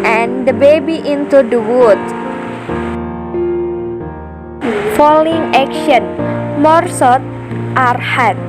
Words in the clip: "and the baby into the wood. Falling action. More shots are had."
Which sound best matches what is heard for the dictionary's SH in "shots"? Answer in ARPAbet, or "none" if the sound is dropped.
S